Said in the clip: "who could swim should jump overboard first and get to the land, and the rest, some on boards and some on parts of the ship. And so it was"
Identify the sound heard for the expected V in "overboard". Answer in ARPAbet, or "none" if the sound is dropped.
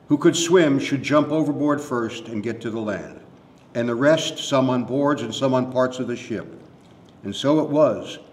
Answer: V